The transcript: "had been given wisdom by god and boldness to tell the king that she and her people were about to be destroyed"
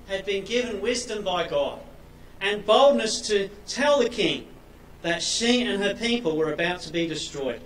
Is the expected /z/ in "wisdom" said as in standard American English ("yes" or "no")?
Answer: yes